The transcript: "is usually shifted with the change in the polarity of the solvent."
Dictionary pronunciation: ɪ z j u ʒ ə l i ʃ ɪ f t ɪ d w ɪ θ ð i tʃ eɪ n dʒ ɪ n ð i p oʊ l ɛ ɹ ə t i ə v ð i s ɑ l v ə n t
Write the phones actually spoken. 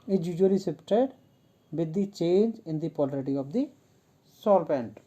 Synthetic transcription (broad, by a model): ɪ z j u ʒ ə l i s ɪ p t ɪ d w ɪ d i tʃ eɪ n dʒ ɪ n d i p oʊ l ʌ ɹ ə t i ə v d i s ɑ l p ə n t